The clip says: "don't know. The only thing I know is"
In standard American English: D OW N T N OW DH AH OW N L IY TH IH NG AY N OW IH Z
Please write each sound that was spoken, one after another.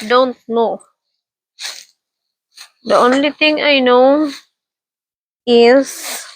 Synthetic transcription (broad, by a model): D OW N T N OW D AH OW N L IY T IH NG AY N OW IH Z